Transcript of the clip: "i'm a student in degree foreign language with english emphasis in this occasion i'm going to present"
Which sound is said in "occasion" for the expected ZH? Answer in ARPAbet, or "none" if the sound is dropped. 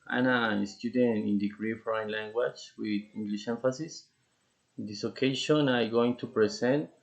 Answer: SH